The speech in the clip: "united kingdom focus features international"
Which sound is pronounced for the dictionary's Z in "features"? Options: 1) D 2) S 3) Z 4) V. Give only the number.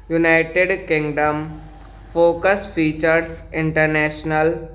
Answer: 2